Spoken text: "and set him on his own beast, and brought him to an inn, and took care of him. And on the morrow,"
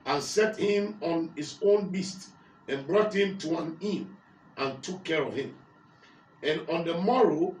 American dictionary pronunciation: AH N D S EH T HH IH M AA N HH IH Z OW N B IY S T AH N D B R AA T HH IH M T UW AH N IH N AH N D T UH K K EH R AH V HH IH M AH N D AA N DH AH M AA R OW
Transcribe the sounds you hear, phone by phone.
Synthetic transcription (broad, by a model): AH N S EH T HH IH M AA N HH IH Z OW N B IY S T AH N B R AA T HH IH M T UW AH N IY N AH N T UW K K EH R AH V HH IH M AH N AA N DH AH M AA R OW